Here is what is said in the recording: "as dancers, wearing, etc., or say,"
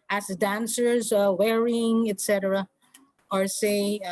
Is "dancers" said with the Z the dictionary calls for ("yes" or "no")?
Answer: yes